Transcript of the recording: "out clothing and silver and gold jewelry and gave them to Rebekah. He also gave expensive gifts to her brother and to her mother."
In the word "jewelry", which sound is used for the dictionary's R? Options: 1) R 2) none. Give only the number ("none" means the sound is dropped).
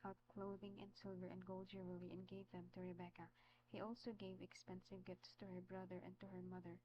2